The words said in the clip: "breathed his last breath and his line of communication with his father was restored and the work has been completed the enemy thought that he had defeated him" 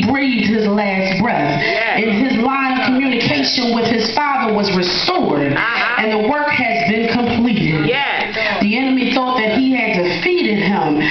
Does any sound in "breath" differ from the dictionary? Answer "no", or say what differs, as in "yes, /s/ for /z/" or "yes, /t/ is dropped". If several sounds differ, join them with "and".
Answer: no